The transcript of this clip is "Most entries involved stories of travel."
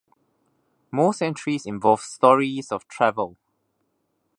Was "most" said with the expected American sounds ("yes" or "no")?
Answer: yes